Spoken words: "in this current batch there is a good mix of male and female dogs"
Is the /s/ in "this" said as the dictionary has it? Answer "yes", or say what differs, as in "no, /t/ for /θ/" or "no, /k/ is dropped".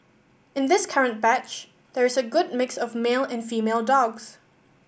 yes